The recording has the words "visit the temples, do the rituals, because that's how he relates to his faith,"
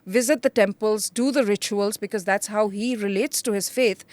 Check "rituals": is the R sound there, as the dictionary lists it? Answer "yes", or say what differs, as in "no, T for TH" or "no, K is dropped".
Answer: yes